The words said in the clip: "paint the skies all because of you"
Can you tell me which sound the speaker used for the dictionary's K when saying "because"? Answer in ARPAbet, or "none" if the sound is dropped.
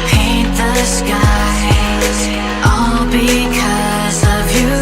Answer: K